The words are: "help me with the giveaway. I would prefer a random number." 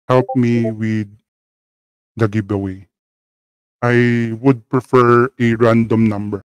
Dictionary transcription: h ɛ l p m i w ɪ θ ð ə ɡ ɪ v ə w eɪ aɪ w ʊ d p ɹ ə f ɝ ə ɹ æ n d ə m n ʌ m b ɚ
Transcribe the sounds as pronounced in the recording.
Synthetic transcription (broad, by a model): h ɛ l p m i w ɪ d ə ɡ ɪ b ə w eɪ aɪ w ʊ d p ɹ ə f ɝ ə ɹ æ n d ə m n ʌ m b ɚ